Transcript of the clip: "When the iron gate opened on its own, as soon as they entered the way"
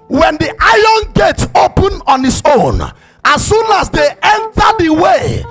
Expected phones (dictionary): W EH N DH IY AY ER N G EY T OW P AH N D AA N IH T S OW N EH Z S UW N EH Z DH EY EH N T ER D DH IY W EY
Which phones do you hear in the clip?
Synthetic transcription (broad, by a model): W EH N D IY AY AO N G EY T OW P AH N AA N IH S OW N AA S UW N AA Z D EY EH N T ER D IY W EY